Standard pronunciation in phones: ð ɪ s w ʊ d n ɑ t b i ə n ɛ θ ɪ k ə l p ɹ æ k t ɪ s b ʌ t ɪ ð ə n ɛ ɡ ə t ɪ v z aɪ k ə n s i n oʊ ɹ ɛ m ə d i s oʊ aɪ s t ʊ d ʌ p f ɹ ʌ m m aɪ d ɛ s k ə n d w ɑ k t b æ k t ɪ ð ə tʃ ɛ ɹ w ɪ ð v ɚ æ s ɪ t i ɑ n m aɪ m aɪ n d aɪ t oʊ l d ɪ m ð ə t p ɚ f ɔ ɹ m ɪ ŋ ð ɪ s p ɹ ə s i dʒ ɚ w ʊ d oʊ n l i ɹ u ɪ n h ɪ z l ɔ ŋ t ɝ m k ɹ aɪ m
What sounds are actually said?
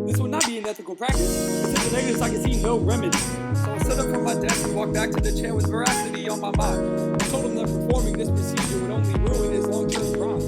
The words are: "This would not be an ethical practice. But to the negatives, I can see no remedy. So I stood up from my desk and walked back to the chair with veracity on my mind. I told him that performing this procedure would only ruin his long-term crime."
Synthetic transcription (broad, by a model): ð ɪ s w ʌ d n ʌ t b i ə n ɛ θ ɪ k l p ɹ æ k t ɪ s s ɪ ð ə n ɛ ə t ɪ z aɪ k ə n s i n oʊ ɹ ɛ m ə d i aɪ s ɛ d ʌ p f ɹ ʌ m m aɪ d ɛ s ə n w ɑ k b æ k t ɪ ð ə tʃ ɛ ɹ w ɪ ð v ɚ æ s ɪ t i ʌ n m aɪ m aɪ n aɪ t oʊ l d ɪ m ð ə t p ɚ f ɔ ɹ m ɪ ŋ ð ɪ s p ɹ ə s i dʒ ɚ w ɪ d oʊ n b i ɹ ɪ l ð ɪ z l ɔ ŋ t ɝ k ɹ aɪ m